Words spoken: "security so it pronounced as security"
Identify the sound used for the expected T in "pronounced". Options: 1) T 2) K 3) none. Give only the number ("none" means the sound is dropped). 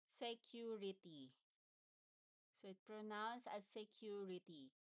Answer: 3